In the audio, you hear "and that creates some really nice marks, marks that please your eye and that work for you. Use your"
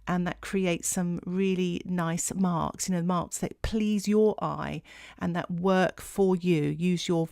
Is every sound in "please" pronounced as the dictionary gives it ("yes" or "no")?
yes